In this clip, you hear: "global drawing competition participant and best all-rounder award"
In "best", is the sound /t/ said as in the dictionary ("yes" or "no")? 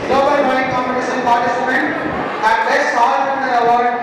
no